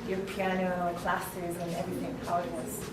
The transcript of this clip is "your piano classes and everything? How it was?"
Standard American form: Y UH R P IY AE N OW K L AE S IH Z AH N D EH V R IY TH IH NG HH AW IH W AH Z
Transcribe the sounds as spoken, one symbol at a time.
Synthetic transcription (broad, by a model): Y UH R P IY AE N OW K L AE S IH Z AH N EH V R IY TH IH NG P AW IH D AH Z